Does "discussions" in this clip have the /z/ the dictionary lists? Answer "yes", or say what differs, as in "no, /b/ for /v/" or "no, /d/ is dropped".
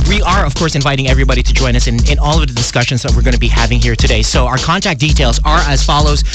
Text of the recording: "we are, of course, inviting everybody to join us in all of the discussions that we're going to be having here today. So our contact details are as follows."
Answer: yes